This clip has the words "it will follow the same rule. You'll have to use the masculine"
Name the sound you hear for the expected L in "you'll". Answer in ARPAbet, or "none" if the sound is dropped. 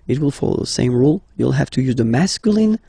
L